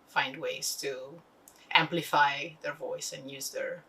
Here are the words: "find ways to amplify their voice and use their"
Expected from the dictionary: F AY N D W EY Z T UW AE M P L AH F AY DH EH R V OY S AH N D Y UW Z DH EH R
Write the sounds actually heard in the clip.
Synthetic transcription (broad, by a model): F AY N D W EY Z T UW AE M P L AH F AY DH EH R V OY S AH N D Y UW Z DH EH R